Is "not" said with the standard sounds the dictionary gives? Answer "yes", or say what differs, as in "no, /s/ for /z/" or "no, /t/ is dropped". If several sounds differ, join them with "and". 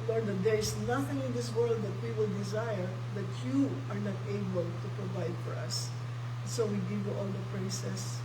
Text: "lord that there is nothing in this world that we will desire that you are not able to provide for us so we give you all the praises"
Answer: yes